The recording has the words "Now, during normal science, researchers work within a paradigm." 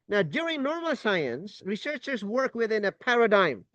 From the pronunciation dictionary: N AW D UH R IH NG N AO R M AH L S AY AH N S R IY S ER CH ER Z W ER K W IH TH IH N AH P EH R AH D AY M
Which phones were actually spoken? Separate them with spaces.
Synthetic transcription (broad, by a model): N AW D UH R IH NG N AO R M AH L S AY AH N S R IY S ER CH ER Z W ER K W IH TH IH N AH P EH R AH D AY M